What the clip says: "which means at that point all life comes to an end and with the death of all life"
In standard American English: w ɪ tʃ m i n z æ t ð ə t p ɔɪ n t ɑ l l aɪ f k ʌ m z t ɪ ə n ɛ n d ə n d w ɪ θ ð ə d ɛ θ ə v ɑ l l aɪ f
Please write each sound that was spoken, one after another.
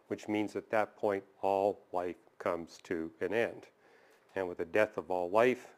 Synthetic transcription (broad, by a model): w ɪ tʃ m i n z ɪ t ð ə t p ɔɪ n t ɑ l l aɪ f k ʌ m z t ɪ ə n ɛ n d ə n w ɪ ð ə d ɛ θ ə v ɑ l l aɪ f